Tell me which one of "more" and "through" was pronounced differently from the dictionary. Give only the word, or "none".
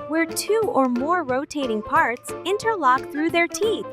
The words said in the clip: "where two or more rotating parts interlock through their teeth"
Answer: none